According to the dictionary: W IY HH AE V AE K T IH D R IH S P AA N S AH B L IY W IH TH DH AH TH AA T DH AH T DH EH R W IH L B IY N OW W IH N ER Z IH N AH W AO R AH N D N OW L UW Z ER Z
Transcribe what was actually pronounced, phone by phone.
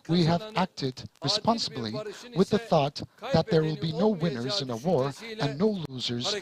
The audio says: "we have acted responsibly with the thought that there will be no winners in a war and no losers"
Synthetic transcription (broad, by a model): W IY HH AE V AE K T IH D R IH S P AA N S AH B L IY W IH DH AH TH AA T DH AH T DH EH R W IH L B IY N OW W IH N ER Z IH N AH W AO R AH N N OW L UW Z ER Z